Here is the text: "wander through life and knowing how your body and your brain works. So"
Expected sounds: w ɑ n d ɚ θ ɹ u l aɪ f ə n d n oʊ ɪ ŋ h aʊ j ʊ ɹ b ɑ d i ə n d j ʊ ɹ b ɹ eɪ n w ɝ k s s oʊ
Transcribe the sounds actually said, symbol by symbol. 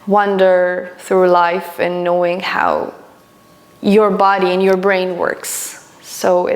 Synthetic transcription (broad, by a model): w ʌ n d ɚ θ ɹ u l aɪ f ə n n oʊ ɪ ŋ h aʊ j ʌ ɹ b ɑ d i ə n j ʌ ɹ b ɹ eɪ n w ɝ k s s oʊ